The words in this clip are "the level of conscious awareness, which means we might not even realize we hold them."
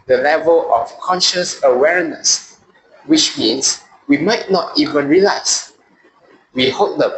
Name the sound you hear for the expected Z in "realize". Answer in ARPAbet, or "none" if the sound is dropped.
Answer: S